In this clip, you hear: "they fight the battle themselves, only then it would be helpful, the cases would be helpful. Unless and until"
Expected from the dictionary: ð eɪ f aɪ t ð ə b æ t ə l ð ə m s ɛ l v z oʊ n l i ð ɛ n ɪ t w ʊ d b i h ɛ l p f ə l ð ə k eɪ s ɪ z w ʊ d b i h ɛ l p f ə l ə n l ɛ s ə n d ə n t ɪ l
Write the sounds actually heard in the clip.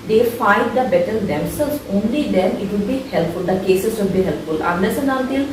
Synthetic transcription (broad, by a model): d eɪ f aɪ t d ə b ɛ t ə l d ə m s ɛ l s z oʊ n l i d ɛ n ɪ t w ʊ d b i h ɛ l p f ə l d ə k eɪ s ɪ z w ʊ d b i h ɛ l p f ə l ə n ɛ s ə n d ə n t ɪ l